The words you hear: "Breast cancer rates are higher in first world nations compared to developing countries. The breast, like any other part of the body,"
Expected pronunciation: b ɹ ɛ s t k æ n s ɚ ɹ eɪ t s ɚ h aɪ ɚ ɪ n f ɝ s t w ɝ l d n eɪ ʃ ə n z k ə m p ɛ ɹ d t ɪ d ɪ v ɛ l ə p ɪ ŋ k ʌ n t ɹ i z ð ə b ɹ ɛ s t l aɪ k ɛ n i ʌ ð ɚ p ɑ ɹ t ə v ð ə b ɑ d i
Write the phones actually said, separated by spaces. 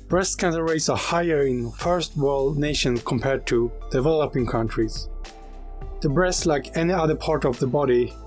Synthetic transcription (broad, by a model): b ɹ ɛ s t k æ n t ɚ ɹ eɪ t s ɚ h aɪ ɚ ɪ n f ɝ s t w ɝ l d n eɪ ʃ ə n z k ə m p ɛ ɹ d t ɪ d ɪ v ɛ l ə p ɪ ŋ k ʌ n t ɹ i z ð ə b ɹ ɛ s t l aɪ k ɛ n i ʌ ð ɚ p ɑ ɹ t ə v ð ə b ɑ d i